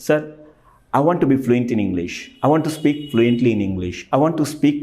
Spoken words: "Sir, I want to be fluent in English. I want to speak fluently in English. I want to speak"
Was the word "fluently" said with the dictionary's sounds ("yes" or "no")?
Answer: yes